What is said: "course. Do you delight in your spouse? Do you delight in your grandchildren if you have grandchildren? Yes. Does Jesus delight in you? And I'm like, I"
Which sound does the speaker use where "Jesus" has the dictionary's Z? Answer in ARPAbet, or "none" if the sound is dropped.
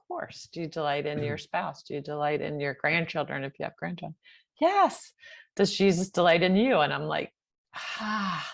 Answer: Z